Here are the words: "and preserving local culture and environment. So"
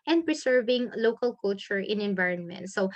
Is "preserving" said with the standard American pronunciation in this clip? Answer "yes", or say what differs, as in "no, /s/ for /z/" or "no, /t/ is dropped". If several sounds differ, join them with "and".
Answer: no, /s/ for /z/